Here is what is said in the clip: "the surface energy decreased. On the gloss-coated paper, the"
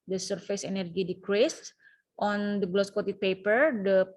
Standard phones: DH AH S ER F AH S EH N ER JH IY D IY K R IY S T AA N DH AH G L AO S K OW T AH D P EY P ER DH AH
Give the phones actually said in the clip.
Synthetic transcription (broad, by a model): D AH S ER F AH S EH N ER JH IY D IY K R IY S T AA N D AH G L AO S K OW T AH P EY P ER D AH